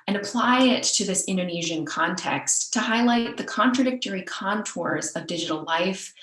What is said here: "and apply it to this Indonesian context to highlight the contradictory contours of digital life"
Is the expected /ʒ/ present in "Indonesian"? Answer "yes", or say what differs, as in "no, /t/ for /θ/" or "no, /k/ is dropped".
yes